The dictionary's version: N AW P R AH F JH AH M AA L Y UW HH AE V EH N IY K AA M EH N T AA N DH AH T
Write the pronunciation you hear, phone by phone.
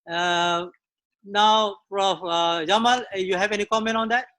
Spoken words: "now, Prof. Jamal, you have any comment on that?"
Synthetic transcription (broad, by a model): N AW F R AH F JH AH M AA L Y UW HH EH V EH N IY K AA M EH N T AA N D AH T